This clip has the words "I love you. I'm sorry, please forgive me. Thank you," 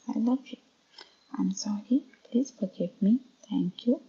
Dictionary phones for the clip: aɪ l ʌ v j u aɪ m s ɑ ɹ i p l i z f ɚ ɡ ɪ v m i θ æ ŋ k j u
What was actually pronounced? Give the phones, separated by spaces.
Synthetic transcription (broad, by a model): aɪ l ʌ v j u aɪ m s ɑ ɹ i p l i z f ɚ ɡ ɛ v m i t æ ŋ k j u